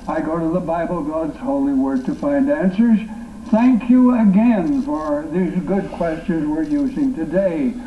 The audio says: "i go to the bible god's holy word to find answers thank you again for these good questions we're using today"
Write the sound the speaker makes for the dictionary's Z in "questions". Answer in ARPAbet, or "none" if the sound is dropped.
Z